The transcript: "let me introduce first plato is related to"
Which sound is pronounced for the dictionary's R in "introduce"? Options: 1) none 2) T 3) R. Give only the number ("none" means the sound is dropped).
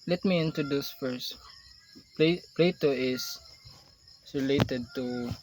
1